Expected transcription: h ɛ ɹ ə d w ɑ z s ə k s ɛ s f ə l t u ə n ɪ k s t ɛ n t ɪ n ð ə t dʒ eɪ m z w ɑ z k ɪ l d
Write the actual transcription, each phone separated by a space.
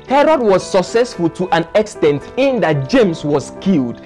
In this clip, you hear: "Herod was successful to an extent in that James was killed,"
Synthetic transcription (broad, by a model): h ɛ ɹ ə d w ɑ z s ə k s ɛ s f ə l t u ə n ɪ k s t ɛ n t ɪ n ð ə t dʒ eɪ m s w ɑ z k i l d